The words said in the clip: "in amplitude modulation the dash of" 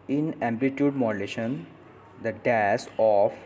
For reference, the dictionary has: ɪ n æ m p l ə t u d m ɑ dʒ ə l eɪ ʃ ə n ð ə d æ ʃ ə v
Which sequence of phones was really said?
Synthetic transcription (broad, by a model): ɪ n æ m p l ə t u d m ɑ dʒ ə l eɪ ʃ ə n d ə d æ s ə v